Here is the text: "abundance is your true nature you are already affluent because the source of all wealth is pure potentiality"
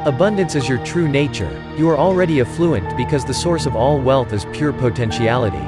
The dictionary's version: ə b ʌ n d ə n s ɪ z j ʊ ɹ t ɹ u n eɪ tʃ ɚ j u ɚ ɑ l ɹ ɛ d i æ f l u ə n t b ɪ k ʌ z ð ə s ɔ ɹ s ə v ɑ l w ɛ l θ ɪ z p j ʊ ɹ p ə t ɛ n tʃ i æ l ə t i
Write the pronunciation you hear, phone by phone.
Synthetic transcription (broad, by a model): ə b ʌ n d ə n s ɪ z j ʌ ɹ t ɹ u n eɪ tʃ ɚ j u ɚ ɑ l ɹ ɛ d i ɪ f l u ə n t b ɪ k ʌ z ð ə s ɔ ɹ s ə v ɑ l w ɛ l θ ɪ z p j ʊ ɹ p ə t ɛ n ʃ i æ l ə t i